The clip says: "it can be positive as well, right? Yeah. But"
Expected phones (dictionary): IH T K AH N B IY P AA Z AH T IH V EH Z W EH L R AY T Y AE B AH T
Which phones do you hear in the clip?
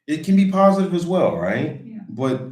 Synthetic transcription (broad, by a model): IH T K AH N B IY P AA Z AH T IH V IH Z W EH L R AY T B AH T